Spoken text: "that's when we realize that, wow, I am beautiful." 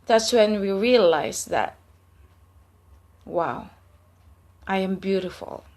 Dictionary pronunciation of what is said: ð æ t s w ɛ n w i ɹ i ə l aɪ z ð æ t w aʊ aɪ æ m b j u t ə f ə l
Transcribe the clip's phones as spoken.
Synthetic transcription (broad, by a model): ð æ t s w ɛ n w i ɹ i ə l aɪ s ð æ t w aʊ aɪ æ m b j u t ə f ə l